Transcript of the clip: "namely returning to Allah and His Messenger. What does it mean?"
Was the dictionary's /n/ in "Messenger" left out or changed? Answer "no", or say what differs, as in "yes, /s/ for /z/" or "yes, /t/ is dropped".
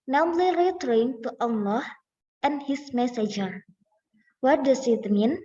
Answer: yes, /n/ is dropped